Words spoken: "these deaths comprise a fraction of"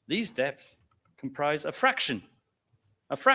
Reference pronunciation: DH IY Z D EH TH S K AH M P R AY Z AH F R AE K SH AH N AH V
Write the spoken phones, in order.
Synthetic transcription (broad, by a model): DH IY Z D EH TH S K AH M P R AY Z AH F R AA K SH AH N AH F